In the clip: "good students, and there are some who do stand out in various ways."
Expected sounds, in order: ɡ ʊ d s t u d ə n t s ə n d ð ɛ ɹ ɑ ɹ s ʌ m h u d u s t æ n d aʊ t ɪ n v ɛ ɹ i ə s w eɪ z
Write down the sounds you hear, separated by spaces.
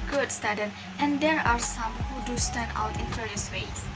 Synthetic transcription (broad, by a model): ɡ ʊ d s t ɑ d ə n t ə n d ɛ ɹ ɑ ɹ s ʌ m h u d u s t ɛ n aʊ t ɪ n v ɛ ɹ i ə s w eɪ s